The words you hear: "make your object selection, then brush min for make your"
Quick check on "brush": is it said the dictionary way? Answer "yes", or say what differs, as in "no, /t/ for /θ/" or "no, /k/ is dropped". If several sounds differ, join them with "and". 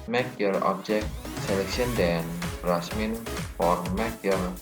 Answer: no, /s/ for /ʃ/